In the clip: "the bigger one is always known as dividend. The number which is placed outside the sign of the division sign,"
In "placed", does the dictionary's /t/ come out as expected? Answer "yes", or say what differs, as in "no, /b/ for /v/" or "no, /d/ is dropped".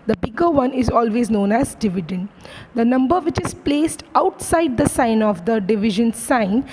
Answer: yes